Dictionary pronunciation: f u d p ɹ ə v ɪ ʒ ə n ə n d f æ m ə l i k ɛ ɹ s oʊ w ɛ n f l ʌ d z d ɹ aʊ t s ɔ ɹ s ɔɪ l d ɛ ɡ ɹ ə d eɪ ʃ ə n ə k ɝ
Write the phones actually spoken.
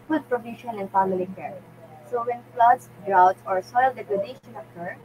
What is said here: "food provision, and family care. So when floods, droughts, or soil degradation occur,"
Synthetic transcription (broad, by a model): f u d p ɹ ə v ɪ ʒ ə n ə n f æ m ə l i k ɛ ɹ s oʊ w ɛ n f l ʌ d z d ɹ aʊ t ɔ ɹ s ɔɪ l d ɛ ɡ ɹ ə d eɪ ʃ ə n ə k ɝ